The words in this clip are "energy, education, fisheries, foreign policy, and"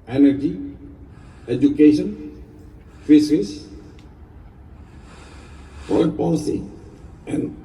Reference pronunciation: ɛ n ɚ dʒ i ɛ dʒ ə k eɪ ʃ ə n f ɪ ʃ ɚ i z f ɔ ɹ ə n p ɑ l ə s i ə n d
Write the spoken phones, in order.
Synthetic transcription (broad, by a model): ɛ n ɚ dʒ i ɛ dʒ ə k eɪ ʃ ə n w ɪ s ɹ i s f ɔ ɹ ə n p ɑ l ə s i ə n